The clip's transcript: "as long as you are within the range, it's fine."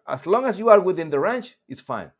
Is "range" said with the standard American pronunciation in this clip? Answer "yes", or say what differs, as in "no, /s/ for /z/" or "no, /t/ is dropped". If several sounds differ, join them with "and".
no, /tʃ/ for /dʒ/